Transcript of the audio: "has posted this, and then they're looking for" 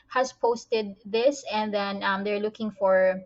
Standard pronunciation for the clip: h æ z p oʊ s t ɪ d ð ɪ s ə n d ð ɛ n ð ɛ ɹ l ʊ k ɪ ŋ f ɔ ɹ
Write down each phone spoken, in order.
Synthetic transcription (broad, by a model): h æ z p oʊ s t ɪ d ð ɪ s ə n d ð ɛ n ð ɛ ɹ l ʊ k ɪ ŋ f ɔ ɹ